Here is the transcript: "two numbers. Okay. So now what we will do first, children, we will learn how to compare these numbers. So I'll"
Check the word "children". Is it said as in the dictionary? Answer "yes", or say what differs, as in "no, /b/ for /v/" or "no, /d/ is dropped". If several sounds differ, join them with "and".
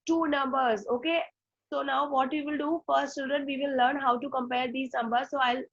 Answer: no, /l/ is dropped and /ɹ/ is dropped